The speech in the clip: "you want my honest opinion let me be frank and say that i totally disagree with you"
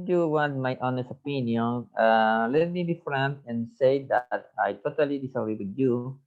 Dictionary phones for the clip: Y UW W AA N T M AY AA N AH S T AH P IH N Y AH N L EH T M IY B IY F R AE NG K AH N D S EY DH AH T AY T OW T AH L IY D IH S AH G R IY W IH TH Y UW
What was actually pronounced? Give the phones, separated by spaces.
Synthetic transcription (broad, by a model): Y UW W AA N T M AY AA N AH S AH P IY N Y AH N L EH T M IY B IY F R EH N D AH N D S EY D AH T AY T OW T AH L IY D IH S AH G R IY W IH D Y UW